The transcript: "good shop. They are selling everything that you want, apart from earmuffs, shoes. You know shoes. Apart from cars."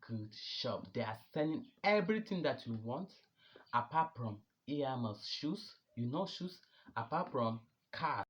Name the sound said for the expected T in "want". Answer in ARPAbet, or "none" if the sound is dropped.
T